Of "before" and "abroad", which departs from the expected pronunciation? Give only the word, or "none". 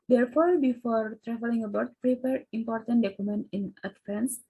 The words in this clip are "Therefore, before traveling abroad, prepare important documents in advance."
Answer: abroad